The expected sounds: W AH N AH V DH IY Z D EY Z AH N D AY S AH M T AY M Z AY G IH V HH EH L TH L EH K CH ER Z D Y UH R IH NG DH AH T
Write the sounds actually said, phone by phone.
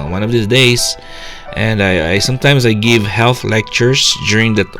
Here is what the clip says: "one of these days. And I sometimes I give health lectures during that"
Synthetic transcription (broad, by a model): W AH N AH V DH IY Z D EY S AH N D AY S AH M T AY M S AY G IH V HH EH L TH L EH K CH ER S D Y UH R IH NG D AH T